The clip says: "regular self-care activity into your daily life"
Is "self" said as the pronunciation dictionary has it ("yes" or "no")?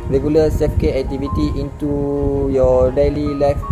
no